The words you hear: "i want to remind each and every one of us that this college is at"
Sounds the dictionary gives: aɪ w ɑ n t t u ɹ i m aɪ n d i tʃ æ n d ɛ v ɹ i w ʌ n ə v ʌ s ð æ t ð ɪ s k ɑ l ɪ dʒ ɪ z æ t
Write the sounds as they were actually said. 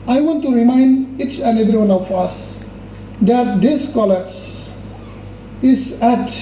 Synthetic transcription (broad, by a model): aɪ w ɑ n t t u ɹ i m aɪ n d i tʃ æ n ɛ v ɹ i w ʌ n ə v ʌ s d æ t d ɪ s k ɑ l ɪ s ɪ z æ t